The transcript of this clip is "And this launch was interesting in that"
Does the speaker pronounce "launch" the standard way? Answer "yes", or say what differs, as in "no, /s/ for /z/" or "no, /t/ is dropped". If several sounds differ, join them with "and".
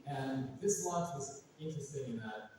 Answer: no, /w/ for /l/ and /n/ is dropped